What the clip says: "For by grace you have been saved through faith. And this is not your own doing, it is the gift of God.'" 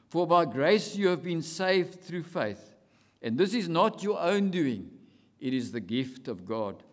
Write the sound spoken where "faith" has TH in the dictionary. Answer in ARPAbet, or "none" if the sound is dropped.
TH